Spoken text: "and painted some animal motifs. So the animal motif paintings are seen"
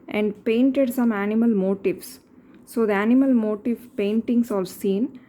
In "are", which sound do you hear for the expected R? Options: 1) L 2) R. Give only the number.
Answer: 1